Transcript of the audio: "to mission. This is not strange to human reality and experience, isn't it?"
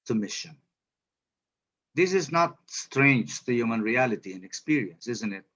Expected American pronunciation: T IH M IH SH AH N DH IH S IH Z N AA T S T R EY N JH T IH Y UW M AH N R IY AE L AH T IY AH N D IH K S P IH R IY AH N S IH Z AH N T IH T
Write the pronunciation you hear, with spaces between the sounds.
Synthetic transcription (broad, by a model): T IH M IH SH AH N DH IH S IH Z N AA T S T R EY N JH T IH Y UW M AH N R IY AE L AH T IY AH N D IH K S P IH R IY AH N S IH Z AH N T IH T